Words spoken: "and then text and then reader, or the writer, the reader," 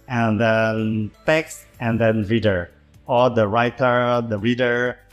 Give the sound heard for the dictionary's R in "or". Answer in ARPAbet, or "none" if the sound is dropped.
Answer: L